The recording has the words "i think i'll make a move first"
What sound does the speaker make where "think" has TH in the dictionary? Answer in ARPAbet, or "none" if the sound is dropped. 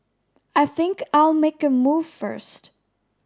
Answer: TH